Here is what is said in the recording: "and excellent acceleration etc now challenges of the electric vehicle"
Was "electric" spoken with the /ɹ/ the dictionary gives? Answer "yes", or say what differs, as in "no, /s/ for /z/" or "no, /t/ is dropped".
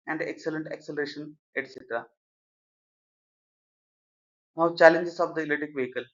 no, /ɹ/ is dropped